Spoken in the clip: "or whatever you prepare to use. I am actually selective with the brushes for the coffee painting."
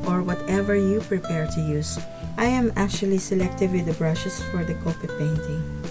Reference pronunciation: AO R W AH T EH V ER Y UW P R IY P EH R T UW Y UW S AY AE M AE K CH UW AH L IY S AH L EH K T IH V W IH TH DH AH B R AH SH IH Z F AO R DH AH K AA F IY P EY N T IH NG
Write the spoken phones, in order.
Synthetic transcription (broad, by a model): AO R W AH T EH V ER Y UW P R IY P EH R T UW Y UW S AY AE M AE K CH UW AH L IY S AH L EH K T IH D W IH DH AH B R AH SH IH S F AO R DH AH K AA P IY P EY N T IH NG